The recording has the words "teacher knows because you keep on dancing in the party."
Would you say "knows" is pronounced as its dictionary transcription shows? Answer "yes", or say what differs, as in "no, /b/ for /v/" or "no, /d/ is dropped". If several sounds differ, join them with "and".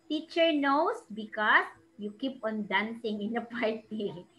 no, /s/ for /z/